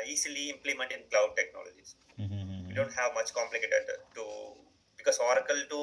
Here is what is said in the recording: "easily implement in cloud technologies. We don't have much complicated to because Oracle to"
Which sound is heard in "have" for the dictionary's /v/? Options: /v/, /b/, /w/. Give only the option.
/v/